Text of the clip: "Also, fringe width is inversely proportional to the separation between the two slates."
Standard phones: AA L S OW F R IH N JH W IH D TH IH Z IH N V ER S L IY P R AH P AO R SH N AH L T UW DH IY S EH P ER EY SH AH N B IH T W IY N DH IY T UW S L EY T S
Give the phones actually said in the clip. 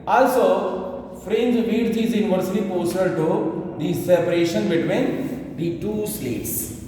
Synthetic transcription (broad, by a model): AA L S OW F R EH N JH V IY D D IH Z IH N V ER S IY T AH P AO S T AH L T UW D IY S EH P ER EY SH AH N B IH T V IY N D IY T UW S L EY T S